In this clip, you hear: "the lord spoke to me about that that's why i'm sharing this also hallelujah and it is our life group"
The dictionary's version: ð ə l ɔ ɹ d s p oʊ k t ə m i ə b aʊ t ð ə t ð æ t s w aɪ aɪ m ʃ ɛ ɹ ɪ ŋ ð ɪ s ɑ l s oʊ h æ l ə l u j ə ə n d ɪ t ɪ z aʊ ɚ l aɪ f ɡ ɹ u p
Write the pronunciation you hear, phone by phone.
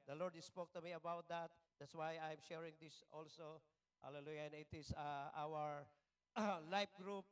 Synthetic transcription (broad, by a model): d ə l ɔ ɹ d s p oʊ k t ə m i ə b aʊ t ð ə t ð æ t s w aɪ aɪ m ʃ ɛ ɹ ɪ ŋ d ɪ s ɑ l s oʊ h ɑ l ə l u j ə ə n ɪ t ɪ s aʊ ɚ l aɪ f ɡ ɹ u p